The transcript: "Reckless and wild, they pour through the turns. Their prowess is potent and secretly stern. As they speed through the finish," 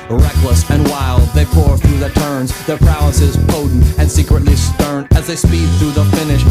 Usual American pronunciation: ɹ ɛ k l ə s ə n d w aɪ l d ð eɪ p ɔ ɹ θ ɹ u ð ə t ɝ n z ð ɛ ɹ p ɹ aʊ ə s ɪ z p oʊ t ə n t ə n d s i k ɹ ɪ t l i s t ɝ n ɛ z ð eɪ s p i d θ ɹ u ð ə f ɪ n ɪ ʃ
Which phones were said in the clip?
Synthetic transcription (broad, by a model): ɹ ɛ k l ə s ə n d w aɪ l d ð eɪ p ɔ ɹ θ ɹ u ð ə t ɝ n z ð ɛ ɹ p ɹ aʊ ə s ɪ z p oʊ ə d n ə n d s i k ɹ ɪ t l i s t ɝ n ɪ z ð eɪ s p i d θ ɹ u ð ə f ɪ n ɪ ʃ